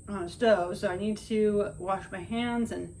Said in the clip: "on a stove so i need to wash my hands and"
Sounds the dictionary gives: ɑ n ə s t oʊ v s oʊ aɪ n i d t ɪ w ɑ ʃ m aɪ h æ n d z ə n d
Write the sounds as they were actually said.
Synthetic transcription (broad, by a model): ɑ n ə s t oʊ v s oʊ aɪ n i d t ɪ w ɑ ʃ m aɪ h æ n d z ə n